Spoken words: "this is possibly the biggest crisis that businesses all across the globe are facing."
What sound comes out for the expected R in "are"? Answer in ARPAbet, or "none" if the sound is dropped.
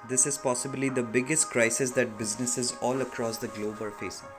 L